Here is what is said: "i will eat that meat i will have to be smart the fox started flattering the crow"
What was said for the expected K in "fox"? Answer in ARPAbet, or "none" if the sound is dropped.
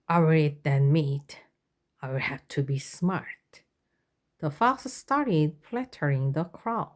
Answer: none